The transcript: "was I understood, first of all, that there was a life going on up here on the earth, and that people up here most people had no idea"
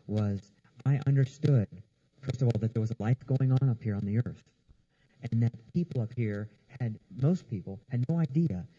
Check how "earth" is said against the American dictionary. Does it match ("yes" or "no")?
yes